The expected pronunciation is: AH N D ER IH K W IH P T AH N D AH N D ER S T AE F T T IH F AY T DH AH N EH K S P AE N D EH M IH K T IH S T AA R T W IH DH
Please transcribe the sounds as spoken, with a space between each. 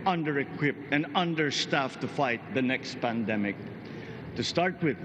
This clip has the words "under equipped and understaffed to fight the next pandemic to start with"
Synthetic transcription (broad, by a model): AH N D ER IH K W IH P AH N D AH N D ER S T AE F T T IH F AY T DH AH N EH K S P AE N D EH M IH K T IH S T AA R T W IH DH